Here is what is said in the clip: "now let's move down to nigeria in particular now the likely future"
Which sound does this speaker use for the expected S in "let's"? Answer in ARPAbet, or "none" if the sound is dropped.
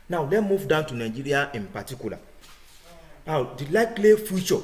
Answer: none